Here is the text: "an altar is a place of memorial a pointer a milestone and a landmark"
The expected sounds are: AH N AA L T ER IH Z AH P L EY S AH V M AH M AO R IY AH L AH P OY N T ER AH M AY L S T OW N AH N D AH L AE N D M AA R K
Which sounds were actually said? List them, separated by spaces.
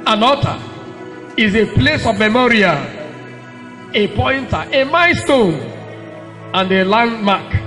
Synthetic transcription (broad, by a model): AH N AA T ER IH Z AH P L EY S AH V M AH M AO R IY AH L AH P OY N T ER AH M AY S T OW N AH N D AH L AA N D M AA K